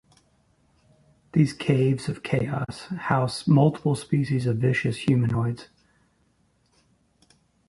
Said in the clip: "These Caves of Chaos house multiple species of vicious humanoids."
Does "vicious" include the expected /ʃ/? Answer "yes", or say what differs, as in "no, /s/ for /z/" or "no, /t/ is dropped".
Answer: yes